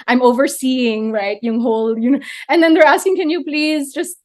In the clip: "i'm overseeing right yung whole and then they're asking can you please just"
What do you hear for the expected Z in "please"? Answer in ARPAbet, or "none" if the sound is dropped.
Z